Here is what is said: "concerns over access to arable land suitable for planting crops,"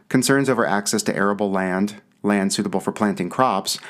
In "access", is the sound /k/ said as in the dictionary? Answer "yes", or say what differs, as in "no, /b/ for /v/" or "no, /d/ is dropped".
yes